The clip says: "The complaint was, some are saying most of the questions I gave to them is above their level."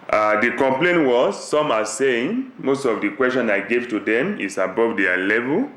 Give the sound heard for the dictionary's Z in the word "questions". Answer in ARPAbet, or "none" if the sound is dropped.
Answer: none